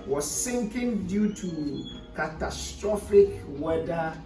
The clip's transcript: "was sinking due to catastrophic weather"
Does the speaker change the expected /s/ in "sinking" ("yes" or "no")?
no